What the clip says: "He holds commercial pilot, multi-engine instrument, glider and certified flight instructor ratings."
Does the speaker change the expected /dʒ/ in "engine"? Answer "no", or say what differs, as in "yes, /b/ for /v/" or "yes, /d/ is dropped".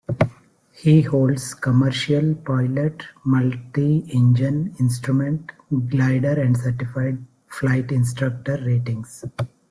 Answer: no